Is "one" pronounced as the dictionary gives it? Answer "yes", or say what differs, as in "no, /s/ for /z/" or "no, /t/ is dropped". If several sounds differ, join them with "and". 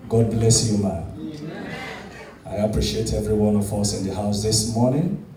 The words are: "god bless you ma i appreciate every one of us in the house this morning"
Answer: yes